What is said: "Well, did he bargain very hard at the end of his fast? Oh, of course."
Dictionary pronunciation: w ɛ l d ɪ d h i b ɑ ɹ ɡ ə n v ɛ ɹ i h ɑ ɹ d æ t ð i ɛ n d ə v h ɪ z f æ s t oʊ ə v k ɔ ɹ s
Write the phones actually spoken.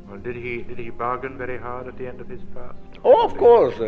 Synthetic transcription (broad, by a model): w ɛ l d ɪ d h i b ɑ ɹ ɡ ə n v ɛ ɹ i h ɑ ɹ d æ t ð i ɛ n d ə v h ɪ z p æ s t oʊ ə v k ɔ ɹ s